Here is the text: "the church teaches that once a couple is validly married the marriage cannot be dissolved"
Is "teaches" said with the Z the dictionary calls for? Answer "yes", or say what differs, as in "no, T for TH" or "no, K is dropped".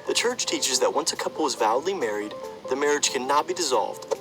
yes